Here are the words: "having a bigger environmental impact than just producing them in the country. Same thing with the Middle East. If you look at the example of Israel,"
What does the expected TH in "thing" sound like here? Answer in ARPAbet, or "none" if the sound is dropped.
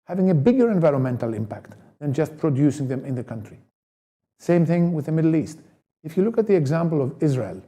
TH